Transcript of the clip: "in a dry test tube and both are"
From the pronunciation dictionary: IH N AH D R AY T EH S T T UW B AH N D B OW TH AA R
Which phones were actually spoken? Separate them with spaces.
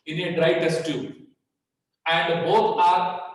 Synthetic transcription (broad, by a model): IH N AH D R AY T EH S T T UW AH N D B OW T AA R